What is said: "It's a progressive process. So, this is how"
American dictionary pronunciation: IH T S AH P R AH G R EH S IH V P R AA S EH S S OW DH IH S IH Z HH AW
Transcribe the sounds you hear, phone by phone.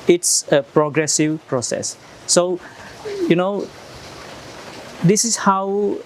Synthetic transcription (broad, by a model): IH T S AH P R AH G R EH S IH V P R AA S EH S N OW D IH S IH S HH AW